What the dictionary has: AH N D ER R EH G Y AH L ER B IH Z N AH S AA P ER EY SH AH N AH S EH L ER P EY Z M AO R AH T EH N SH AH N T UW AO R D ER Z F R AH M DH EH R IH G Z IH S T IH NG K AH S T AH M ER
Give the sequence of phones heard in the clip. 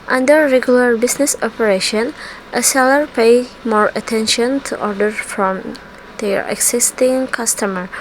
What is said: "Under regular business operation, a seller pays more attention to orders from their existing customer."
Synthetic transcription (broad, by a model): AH N D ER R EH G Y AH L ER B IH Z N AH S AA P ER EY SH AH N AH S EH L ER P EY M AO R AH T EH N SH AH N T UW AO R D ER F R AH M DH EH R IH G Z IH S T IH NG K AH S T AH M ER